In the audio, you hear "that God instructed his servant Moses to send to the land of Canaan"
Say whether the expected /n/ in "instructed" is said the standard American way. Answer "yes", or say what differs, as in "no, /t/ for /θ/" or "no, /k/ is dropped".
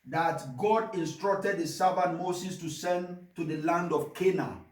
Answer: yes